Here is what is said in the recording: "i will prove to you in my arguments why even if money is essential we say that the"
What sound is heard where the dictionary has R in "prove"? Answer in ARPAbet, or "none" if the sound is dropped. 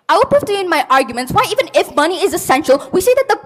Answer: none